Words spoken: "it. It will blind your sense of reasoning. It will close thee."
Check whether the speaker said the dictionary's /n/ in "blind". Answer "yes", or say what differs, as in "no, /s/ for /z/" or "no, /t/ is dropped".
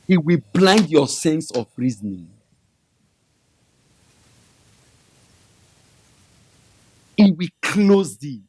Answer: yes